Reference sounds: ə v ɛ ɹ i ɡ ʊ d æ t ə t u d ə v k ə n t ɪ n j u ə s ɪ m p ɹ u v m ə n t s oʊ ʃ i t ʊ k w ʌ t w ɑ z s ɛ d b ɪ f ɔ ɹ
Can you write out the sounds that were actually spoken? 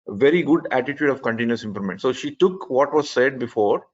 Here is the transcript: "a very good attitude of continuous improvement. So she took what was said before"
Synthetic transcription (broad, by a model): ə v ɛ ɹ i ɡ ʊ d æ t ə t u d ə v k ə n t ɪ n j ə s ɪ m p l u m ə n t s oʊ ʃ i t ʊ k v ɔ t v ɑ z s ɛ d b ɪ f ɔ ɹ